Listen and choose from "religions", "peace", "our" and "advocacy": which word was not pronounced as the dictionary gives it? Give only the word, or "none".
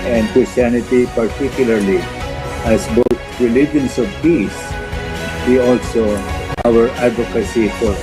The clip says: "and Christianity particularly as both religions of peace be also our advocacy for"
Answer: religions